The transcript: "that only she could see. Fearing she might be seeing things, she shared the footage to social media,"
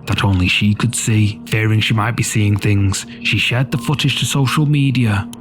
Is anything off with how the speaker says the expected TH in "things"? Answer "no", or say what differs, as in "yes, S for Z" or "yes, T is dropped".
no